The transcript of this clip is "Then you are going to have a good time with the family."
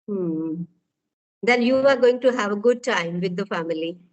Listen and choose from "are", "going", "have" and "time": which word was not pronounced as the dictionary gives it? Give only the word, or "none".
none